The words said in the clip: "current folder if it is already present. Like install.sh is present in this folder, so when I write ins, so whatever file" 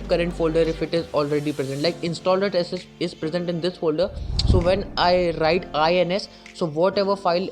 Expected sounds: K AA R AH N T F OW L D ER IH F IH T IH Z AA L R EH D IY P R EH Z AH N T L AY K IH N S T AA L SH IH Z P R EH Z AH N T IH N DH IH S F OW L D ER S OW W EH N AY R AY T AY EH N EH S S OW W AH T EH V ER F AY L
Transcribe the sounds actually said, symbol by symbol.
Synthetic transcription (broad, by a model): K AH R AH N T F OW L D ER IH F IH T IH Z AA L R EH D IY P R EH Z AH N T L AY K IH N S T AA L S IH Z P R EH Z AH N T IH N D IH S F OW L D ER S OW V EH N AY R AY T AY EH N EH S S OW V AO T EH V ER F AY L